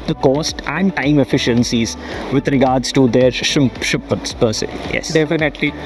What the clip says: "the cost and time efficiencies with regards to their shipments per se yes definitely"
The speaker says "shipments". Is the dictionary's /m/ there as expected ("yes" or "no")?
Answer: no